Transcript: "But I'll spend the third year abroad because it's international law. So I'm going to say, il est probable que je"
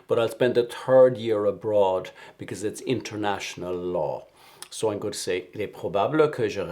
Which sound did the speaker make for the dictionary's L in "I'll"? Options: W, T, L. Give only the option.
L